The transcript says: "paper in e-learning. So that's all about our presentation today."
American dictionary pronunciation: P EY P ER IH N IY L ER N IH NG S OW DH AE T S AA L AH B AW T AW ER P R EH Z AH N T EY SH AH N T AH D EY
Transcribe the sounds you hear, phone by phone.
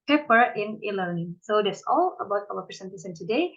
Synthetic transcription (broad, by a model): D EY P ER IH N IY L ER N IH NG S OW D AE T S AA L AH B AW T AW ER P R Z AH N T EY S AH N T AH D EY